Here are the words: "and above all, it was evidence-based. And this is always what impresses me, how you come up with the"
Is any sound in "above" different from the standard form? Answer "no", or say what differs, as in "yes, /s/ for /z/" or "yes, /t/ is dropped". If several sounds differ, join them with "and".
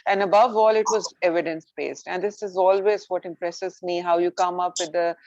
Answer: no